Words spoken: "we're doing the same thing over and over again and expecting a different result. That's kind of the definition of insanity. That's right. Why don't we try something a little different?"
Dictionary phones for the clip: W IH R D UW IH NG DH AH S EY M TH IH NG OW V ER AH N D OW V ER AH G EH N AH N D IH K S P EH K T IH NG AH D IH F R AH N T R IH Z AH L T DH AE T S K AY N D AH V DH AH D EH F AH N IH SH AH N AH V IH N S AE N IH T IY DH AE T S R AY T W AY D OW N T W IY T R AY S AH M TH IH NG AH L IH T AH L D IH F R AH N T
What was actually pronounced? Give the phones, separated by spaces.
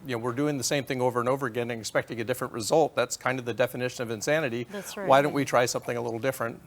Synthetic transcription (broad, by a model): W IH R D UW IH NG DH AH S EY M TH IH NG OW V ER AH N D OW V ER AH G EH N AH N IH K S P EH K T IH NG AH D IH F R AH N T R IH Z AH L T DH AE T S K AY N D AH V DH AH D EH F AH N IH SH AH N AH V IH N S AE N IH T IY W AY D OW N T W IY T R AY S AH M TH IH NG AH L IH T L D IH F R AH N T